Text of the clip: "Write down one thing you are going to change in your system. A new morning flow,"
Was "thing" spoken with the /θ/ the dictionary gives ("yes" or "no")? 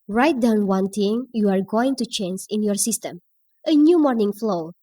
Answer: no